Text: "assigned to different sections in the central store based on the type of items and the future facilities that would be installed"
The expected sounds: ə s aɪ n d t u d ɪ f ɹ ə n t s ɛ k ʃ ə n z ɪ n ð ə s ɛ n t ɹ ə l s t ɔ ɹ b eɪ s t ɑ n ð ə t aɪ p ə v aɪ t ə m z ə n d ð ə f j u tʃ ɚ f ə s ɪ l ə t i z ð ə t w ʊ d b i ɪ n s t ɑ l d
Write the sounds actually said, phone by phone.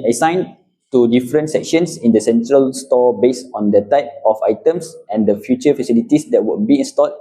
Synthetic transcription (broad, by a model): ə s aɪ n t u d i f ɹ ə n t s ɛ k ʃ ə n s ɪ n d ə s ɛ n t ɹ ə l s t ɔ b eɪ s ɑ n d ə t aɪ p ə f aɪ t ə m s ə n d ə f j u tʃ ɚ f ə s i l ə t i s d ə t w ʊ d b i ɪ n s t ɑ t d